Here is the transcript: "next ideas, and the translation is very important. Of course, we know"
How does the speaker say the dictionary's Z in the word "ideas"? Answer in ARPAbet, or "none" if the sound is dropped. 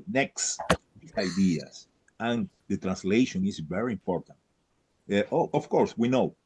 S